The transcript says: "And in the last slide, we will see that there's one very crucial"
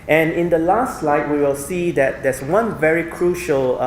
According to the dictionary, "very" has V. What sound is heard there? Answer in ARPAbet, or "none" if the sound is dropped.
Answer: V